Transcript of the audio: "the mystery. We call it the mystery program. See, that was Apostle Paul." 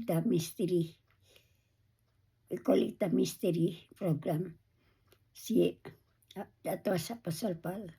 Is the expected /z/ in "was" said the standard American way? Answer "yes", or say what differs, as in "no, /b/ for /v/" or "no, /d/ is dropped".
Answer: no, /s/ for /z/